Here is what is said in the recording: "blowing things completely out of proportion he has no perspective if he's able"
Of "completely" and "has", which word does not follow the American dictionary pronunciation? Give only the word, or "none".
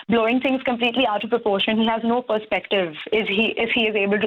none